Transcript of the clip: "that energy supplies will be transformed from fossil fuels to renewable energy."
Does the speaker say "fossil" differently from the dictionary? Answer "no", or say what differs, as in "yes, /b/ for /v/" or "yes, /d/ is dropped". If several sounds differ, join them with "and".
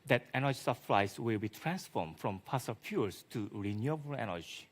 yes, /p/ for /f/